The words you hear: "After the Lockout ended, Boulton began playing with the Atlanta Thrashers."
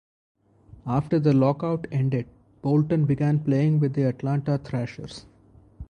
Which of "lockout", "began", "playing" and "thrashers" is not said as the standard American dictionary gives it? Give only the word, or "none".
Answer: thrashers